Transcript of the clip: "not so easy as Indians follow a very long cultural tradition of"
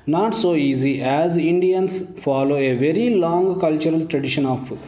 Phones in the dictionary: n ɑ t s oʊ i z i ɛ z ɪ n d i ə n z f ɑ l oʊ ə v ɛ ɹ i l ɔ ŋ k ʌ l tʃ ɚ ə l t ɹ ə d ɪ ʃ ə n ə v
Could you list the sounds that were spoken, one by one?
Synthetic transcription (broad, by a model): n ɑ t s oʊ i z i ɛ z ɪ n d i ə n s f ɑ l oʊ ə v ɛ ɹ i l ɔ ŋ k ʌ l tʃ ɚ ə l t ɹ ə d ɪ ʃ ə n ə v